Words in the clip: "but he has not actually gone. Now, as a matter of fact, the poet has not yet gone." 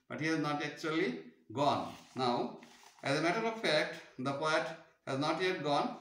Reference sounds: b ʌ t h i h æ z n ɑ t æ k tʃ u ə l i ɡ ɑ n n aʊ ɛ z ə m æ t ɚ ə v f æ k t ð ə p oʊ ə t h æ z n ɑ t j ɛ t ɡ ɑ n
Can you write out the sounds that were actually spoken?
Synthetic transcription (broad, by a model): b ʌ t h i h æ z n ɑ t æ k tʃ u ə l i ɡ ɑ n n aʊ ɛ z ə m æ t ɚ ə v f æ k t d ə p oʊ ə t h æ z n ɑ t j ɛ t ɡ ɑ n